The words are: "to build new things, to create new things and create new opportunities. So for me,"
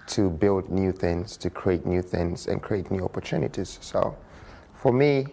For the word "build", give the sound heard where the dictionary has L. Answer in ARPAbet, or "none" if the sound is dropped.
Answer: L